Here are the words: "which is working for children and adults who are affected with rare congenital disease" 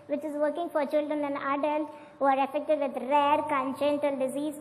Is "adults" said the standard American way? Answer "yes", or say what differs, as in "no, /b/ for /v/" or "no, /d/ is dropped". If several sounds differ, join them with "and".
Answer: no, /s/ is dropped